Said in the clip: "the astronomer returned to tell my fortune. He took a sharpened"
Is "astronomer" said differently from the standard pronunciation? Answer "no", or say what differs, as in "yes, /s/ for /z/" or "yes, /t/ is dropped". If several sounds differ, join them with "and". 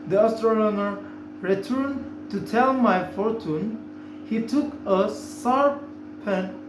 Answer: yes, /l/ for /n/